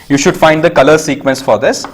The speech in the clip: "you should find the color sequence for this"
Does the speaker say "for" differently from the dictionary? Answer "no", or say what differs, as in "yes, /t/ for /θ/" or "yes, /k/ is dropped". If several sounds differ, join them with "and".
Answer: no